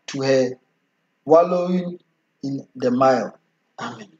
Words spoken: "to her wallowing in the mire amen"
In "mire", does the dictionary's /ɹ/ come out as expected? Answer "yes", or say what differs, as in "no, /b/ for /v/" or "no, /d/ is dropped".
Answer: no, /l/ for /ɹ/